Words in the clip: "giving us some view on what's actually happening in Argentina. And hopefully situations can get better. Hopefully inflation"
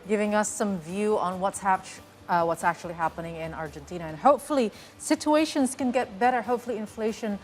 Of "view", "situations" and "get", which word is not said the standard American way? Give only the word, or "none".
none